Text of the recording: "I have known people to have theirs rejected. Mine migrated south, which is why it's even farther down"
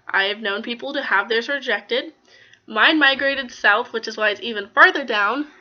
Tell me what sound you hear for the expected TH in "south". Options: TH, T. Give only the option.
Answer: TH